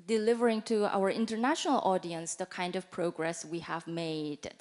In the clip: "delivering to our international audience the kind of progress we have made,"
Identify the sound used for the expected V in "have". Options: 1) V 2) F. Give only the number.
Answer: 1